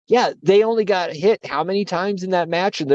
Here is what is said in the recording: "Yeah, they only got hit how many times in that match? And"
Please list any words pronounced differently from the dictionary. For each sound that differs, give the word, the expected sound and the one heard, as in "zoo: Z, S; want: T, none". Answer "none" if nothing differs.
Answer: none